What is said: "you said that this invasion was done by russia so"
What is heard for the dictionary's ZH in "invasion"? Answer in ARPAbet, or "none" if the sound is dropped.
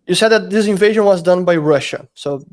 ZH